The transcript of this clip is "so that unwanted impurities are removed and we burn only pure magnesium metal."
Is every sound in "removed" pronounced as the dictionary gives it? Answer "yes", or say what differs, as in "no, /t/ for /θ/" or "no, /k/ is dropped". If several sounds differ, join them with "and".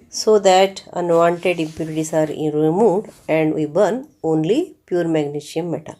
no, /v/ is dropped